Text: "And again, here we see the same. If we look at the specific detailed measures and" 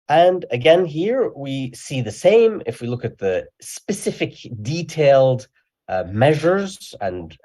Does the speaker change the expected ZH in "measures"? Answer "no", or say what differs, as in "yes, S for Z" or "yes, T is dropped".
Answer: no